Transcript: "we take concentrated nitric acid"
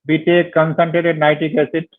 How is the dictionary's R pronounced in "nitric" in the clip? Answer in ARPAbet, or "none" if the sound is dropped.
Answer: none